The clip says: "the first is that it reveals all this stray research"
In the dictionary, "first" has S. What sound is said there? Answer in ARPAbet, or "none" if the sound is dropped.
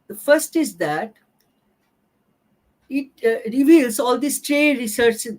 S